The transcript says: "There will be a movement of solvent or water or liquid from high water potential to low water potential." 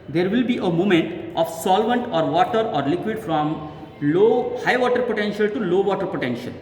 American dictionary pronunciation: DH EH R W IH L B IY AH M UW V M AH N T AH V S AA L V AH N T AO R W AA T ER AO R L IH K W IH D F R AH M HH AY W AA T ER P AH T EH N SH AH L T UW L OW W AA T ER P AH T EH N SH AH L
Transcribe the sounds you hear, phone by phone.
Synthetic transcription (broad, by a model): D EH R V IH L B IY AH M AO M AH N T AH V S AA L V AH N T AO R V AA T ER AO R L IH K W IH D F R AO M HH AY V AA T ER P AH T EH N SH AH L T UW L OW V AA T ER P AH T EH N SH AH L